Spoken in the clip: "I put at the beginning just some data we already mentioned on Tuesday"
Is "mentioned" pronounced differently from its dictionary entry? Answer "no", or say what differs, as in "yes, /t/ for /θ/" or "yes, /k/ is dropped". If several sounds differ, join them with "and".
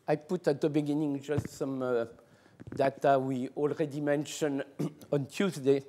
yes, /d/ is dropped